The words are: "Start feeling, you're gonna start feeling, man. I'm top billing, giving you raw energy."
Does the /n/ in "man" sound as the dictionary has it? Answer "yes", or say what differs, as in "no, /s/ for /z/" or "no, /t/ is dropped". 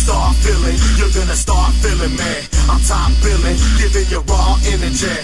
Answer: no, /n/ is dropped